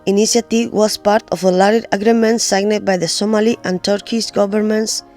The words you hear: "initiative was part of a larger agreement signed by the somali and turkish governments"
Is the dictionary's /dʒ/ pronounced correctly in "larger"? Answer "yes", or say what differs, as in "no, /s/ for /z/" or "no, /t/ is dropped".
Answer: no, /dʒ/ is dropped